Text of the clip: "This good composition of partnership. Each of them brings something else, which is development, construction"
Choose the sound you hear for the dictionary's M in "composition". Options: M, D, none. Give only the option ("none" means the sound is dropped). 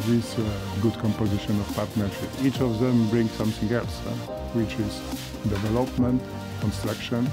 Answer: M